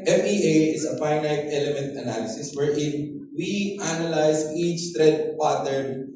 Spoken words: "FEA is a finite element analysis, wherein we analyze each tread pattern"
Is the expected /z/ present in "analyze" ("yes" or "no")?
no